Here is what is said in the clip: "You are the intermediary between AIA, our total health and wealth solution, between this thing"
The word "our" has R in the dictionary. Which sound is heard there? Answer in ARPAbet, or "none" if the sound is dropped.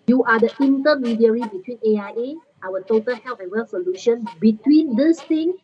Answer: L